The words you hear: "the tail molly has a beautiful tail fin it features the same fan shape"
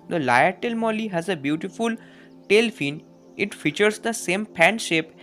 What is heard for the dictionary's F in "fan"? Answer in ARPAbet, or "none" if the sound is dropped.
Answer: P